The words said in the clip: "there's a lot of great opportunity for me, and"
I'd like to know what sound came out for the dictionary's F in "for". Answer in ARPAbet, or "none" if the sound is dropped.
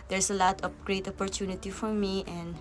F